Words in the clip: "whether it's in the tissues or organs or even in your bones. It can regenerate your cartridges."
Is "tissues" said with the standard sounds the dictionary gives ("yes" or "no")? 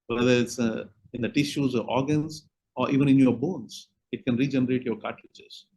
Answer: yes